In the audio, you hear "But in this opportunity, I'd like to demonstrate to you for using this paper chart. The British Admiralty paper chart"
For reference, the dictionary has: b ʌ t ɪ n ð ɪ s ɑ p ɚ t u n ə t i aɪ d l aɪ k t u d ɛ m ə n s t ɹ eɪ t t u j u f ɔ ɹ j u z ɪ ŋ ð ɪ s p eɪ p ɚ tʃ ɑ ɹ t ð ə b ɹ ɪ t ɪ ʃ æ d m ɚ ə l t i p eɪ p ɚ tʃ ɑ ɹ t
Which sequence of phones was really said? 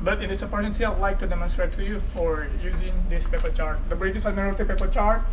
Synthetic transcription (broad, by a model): b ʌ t ɪ n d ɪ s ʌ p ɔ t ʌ n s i aɪ d l aɪ k t u d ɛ m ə n s t ɹ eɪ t t u j u f ɔ ɹ j u z ɪ ŋ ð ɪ s p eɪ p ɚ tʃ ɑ ɹ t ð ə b ɹ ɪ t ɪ s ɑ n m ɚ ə t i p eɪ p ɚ tʃ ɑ ɹ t